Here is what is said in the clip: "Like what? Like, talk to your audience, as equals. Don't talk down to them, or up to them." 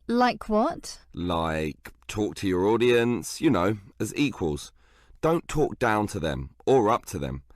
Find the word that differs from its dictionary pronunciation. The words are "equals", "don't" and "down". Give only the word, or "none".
none